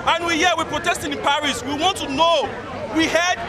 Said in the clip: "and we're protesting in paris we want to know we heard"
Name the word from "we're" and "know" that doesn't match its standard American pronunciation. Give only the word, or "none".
we're